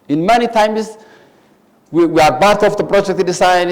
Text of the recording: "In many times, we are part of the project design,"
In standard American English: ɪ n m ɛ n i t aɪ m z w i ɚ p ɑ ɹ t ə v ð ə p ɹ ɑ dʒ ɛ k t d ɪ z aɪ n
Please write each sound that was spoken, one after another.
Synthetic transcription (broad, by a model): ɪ n m ɛ n i t aɪ m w w i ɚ b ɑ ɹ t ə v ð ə p ɹ ɑ dʒ ɛ k t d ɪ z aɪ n